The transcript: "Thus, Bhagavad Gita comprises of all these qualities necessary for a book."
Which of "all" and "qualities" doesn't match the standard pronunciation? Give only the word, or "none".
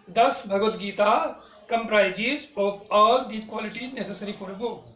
qualities